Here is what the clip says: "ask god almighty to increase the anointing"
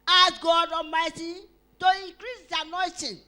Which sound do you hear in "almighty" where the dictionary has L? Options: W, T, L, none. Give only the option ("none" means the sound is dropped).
none